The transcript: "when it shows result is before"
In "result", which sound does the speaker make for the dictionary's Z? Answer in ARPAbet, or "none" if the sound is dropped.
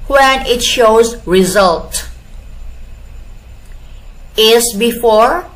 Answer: Z